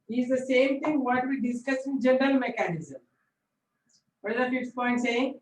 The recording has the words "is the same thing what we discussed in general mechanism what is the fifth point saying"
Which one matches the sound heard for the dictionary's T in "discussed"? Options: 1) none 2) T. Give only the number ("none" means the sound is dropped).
1